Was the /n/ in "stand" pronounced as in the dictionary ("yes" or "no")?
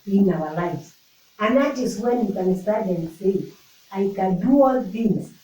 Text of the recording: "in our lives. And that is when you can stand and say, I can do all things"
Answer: no